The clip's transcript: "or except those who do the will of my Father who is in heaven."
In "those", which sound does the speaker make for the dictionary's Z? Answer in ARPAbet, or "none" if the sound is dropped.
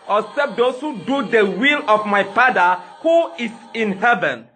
S